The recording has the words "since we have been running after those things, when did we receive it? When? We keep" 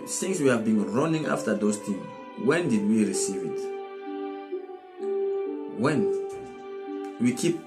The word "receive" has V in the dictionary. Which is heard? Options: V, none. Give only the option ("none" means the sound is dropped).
V